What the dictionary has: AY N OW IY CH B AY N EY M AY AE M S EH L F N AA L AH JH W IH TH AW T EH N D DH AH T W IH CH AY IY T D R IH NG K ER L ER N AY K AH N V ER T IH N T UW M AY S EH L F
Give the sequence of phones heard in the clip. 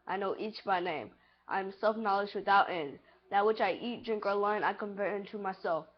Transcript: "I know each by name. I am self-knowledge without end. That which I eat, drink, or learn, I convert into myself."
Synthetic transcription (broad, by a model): AY N OW IY CH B AY N EY M AY M S EH L F N AA L AH JH W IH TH AW T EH N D DH AH T W IH CH AY IY T D R IH NG K ER L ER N AY K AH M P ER IH N T UW M AY S EH L F